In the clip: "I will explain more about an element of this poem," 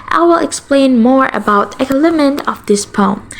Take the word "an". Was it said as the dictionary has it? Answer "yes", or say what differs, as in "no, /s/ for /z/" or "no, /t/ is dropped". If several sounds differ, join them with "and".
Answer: no, /l/ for /n/